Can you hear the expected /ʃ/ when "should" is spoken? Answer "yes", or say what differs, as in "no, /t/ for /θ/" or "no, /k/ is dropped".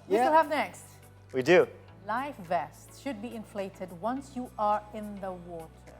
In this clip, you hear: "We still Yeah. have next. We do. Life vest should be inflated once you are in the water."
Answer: yes